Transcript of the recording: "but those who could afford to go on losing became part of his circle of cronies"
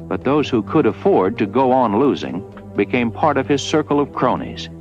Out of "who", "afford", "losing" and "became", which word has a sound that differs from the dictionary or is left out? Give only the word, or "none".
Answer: none